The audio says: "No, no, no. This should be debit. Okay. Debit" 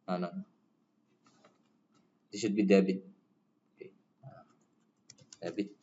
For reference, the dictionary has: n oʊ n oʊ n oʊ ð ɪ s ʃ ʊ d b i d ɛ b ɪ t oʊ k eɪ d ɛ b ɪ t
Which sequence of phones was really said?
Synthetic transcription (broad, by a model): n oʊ n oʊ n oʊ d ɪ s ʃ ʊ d b i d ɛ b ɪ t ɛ ɑ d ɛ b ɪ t